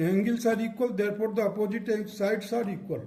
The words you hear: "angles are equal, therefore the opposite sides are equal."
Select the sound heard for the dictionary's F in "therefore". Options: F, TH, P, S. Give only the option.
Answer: P